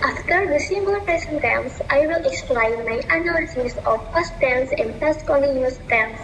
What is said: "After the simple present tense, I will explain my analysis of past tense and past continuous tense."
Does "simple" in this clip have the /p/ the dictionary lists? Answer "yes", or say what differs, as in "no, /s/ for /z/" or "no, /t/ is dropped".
no, /b/ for /p/